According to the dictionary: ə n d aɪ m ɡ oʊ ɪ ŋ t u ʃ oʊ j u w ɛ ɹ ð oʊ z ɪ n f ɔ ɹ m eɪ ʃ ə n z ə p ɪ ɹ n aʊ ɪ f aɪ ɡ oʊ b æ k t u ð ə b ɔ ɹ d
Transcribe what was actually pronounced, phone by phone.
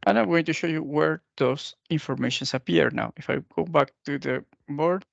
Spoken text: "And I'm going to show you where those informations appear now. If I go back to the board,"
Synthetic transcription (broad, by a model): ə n aɪ m ɡ oʊ ɪ ŋ t u ʃ oʊ j u w ɛ ɹ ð oʊ s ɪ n f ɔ ɹ m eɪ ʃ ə n s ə p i ɹ n aʊ ɪ f aɪ ɡ oʊ b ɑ k t u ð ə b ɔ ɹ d